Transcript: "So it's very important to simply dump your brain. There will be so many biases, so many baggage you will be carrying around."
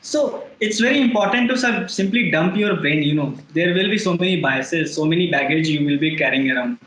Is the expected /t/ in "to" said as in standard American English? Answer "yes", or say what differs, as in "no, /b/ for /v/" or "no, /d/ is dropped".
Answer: no, /s/ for /t/